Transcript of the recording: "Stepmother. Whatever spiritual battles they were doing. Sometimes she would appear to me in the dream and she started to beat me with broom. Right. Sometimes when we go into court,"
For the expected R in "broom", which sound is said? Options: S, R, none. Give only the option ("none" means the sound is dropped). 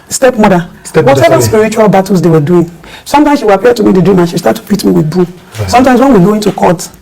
none